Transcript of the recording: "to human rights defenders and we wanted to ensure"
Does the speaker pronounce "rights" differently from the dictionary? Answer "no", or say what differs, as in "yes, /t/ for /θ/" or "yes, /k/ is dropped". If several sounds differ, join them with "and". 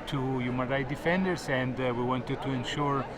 yes, /s/ is dropped